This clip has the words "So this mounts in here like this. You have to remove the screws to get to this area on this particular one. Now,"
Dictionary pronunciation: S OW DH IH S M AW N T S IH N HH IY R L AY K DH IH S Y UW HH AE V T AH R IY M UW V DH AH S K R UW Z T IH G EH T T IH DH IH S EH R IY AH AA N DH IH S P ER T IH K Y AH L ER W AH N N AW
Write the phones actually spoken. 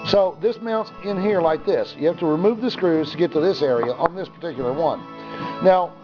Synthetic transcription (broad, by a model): S OW DH IH S M AW N T S IH N HH IY R L AY K DH IH S Y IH HH AE F T AH R IY M UW V DH AH S K R UW Z T IH G EH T T IH DH IH S EH R IY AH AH N DH IH S P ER T IH K Y L ER W AH N N AW